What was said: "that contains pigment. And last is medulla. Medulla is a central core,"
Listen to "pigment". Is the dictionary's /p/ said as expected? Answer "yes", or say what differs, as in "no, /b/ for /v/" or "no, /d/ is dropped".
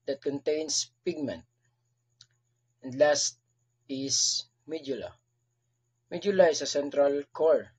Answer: yes